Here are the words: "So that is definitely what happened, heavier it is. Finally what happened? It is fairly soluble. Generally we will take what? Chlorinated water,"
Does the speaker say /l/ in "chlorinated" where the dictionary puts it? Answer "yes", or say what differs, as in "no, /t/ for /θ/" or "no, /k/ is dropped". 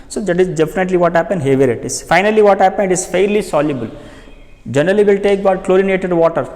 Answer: yes